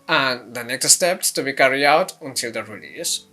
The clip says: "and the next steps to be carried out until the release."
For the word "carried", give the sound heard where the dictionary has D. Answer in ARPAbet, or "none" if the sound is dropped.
none